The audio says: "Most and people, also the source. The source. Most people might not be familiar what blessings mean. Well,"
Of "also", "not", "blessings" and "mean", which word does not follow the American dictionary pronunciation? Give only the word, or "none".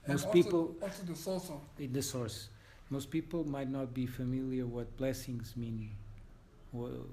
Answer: also